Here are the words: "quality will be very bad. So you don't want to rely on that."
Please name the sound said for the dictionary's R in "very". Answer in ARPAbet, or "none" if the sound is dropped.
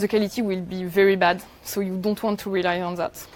R